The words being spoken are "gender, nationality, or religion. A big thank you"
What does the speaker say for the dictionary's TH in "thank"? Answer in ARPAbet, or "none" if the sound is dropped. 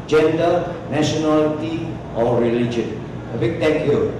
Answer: T